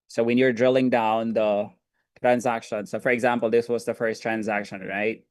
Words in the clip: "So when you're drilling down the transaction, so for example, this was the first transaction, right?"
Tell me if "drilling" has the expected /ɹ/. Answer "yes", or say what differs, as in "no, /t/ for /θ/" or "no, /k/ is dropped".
yes